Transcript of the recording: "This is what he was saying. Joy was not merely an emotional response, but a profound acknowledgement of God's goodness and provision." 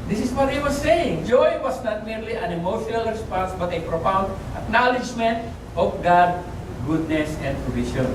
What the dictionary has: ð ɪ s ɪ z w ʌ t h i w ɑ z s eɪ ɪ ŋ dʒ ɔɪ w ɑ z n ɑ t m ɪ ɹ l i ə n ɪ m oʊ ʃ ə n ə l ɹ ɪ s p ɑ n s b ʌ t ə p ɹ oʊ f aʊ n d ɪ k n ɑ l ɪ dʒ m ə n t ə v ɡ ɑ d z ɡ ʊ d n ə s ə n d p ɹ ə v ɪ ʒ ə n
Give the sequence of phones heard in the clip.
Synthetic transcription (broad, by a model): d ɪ s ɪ s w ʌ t h i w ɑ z s eɪ ɪ ŋ dʒ ɔɪ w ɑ s n ɑ t m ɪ ɹ l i ə n ɪ m oʊ ʃ ə n ə l ɹ ɪ s p ɑ n s b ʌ t ə p ɹ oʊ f aʊ n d ɪ k n ɑ l ɪ dʒ m ə n t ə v ɡ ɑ d ɡ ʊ d n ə s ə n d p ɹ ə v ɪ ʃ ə n